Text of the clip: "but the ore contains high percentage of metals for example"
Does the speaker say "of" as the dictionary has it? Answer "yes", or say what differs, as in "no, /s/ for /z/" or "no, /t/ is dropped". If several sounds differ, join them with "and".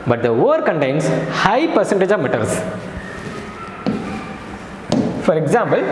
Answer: yes